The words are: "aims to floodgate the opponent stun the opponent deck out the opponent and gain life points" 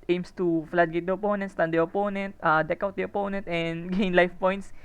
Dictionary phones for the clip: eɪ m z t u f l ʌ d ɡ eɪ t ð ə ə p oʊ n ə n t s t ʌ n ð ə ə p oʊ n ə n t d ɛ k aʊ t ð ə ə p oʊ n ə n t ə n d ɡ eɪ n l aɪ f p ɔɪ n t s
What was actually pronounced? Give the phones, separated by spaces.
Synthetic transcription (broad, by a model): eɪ m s t u f l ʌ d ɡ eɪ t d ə ə p oʊ n ə n t s t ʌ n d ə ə p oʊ n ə n t d ɛ k aʊ t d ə ə p oʊ n ə n t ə n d ɡ eɪ n l aɪ f p ɔɪ n t s